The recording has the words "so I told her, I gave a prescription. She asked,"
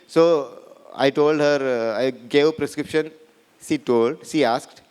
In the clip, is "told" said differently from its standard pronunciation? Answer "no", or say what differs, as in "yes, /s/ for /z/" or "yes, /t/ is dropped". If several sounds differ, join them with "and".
no